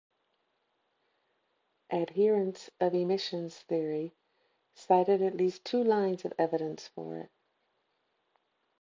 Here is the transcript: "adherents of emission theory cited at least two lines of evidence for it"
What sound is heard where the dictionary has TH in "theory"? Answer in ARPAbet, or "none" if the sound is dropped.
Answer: TH